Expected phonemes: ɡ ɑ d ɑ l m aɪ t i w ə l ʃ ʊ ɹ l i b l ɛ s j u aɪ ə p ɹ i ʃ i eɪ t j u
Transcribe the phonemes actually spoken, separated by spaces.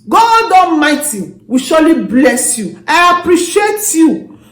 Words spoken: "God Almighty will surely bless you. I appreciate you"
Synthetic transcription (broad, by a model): ɡ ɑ d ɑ m aɪ t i w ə ʃ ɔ l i b l ɛ s j u aɪ ə p ɹ i ʃ i eɪ t j u